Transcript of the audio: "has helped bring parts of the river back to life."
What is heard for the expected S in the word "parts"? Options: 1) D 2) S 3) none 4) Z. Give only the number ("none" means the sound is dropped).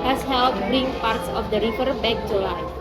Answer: 2